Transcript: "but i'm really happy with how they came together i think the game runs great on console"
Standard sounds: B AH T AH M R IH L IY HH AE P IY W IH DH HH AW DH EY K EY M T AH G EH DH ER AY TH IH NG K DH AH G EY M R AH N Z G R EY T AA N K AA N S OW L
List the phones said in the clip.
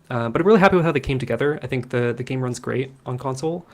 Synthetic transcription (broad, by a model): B AH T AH R IH L IY HH AE P IY W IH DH HH AW DH EY K EY M T AH G EH DH ER AY TH IH NG K DH AH G EY M R AH N Z G R EY T N K AA N S OW L